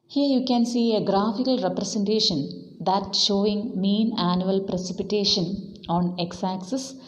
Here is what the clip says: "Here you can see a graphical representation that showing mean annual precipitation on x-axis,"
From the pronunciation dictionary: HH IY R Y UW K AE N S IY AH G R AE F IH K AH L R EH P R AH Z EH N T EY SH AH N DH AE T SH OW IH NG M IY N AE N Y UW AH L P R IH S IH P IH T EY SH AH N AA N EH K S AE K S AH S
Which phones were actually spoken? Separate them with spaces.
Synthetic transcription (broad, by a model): HH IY R Y UW K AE N S IY AH G R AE F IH K AH L R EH P R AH S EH N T EY SH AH N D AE T SH OW IH NG M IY N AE N Y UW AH L P R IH S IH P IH T EY SH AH N AA N EH K S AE K S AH S